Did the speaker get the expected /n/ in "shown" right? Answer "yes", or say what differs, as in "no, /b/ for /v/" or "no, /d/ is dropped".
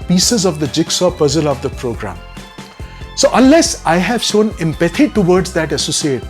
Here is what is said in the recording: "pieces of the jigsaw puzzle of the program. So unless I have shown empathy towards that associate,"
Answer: yes